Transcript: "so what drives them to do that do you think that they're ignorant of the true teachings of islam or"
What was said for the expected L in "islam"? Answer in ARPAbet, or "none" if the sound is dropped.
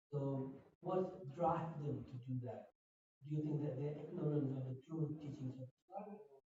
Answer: none